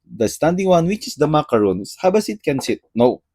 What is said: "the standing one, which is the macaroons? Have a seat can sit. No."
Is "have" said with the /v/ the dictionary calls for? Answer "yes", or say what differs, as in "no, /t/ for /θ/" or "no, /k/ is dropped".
no, /b/ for /v/